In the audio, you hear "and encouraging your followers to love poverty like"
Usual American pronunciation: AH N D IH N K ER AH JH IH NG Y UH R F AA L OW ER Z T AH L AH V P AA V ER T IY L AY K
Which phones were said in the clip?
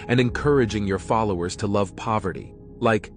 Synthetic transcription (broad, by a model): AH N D IH N K ER AH JH IH NG Y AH R F AA L OW ER Z T AH L AH V P AA V ER T IY L AY K